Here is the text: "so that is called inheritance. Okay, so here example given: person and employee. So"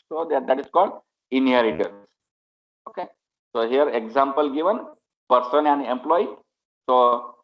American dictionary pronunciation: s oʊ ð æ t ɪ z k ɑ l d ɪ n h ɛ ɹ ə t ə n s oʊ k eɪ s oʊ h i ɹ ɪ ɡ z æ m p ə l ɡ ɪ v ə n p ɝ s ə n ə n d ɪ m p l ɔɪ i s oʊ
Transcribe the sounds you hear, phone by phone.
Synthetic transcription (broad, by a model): s oʊ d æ t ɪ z k ɑ l d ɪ n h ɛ ɹ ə t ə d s oʊ k eɪ s oʊ h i ɹ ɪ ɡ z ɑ m p ə l ɡ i v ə n p ɝ s ə n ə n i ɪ m p l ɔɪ i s oʊ